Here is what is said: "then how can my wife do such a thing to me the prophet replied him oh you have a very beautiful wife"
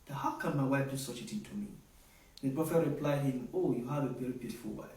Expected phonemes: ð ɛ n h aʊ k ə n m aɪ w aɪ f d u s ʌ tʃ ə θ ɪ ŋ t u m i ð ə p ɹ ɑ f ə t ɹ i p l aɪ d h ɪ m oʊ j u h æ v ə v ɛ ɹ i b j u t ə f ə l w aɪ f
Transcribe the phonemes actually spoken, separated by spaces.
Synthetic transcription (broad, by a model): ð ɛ h aʊ k ə n m aɪ w aɪ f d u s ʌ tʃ ə t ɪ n t u m i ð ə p ɹ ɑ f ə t ɹ i p l aɪ d h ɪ m oʊ j u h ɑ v ə v ɛ ɹ i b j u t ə f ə l w aɪ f